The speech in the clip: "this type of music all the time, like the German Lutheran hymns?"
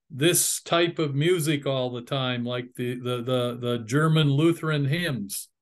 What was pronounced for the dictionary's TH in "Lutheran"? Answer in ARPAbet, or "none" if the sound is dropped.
TH